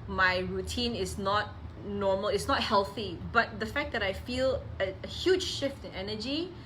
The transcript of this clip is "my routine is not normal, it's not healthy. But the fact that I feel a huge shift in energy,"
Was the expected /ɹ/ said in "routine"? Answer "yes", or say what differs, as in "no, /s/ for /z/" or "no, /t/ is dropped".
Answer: yes